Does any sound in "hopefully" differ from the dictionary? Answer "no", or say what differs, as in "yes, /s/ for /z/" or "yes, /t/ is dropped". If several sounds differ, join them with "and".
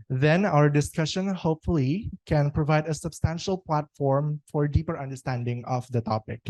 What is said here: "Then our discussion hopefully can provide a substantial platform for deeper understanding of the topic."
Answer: no